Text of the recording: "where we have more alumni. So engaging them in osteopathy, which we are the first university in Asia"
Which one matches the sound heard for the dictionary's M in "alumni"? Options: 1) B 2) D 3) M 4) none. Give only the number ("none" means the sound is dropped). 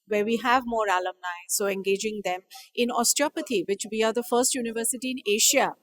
3